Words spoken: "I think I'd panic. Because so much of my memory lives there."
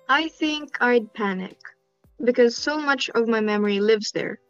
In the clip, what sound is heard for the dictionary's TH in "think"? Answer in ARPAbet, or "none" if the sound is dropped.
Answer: TH